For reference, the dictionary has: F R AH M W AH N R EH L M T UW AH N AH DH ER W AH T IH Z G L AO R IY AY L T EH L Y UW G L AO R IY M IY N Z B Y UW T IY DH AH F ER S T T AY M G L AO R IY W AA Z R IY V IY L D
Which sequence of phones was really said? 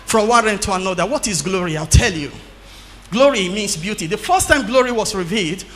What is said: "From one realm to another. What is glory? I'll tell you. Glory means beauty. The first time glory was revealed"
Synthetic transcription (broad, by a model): F R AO M W AH N R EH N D T UW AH N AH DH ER W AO T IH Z G L AO R IY AY L T EH L Y UW G L AO R IY M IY N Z B Y UW T IY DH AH F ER S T T AY M G L AO R IY W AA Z R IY V IY L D